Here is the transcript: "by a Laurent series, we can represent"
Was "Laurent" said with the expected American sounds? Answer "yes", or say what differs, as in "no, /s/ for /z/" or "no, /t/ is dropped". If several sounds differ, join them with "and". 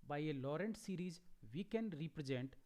yes